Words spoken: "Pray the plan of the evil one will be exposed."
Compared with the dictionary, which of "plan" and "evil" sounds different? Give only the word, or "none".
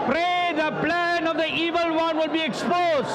none